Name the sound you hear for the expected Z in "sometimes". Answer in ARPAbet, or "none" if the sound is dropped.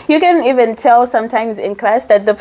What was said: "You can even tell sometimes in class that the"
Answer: Z